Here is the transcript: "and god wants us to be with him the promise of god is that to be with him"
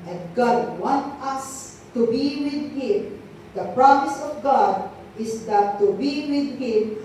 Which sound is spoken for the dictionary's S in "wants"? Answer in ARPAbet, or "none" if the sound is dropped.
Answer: none